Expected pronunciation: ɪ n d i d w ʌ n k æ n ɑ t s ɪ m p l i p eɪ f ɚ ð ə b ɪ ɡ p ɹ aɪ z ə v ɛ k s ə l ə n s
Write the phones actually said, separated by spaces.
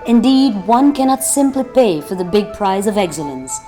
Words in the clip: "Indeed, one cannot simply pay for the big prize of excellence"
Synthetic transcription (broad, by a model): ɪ n d i d w ʌ n k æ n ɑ t s ɪ m p l i p eɪ f ɚ ð ə b ɪ ɡ p ɹ aɪ z ə v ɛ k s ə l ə n s